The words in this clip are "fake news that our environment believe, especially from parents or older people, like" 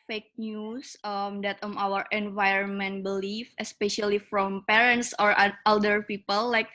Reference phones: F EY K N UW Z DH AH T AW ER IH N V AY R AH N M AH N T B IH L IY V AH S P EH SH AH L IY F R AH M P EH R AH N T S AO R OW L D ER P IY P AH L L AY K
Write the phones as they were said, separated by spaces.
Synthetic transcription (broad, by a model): F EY K N UW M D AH T AW ER IH N V AY R AH N M AH N T B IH L IY F AH S P EH SH AH L IY F R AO M P EH R AH N T S AO R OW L D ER P IY P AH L L AY K